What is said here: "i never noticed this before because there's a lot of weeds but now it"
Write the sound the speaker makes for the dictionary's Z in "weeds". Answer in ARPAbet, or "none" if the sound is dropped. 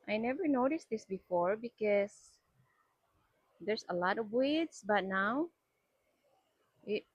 S